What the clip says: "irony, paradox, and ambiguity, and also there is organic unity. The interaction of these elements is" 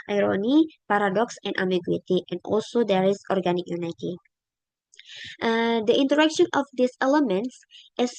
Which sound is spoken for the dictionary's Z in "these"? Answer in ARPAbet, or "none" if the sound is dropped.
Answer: S